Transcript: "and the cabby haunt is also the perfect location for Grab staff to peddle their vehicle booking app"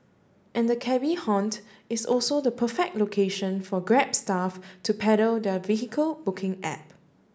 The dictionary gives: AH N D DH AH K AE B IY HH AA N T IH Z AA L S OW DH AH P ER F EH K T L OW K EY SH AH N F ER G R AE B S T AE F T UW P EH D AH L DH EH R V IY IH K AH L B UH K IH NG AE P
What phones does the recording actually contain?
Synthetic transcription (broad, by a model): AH N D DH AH K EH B IY HH AA N T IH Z AA L S OW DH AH P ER F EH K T L OW K EY SH AH N F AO G R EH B S T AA F T UW P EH D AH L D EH V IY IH K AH L B UH K IH NG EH P